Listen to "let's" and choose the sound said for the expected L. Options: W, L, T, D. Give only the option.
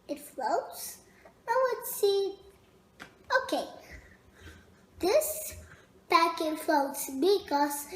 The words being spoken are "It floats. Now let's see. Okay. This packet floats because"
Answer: W